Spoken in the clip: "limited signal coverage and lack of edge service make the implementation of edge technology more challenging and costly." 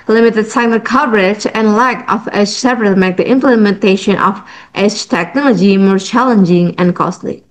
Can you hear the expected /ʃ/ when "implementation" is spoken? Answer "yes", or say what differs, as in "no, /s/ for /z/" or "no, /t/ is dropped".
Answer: yes